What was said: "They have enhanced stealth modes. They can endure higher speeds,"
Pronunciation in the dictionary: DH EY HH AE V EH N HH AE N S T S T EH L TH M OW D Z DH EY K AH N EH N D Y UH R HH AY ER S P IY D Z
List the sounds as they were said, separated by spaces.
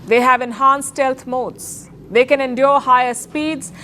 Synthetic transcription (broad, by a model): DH EY HH AE V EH N HH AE N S S T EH L T M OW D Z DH EY K AH N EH N D Y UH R HH AY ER S P IY D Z